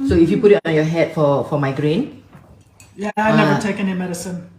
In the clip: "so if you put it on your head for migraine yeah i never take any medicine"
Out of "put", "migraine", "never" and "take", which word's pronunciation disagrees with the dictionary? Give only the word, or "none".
never